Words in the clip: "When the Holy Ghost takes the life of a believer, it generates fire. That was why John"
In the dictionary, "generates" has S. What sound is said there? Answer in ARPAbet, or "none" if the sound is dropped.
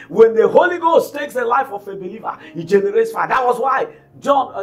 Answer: S